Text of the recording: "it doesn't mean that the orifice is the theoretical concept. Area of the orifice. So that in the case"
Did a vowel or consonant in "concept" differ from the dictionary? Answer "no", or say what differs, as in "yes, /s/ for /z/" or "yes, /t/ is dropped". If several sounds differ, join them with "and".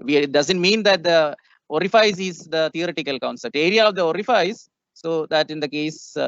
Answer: yes, /p/ is dropped